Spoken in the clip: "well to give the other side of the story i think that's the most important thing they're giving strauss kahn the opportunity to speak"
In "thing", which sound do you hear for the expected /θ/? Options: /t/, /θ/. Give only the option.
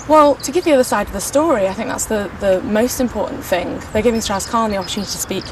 /θ/